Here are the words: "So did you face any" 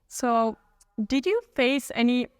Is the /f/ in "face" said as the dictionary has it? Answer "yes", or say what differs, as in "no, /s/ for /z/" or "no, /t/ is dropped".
yes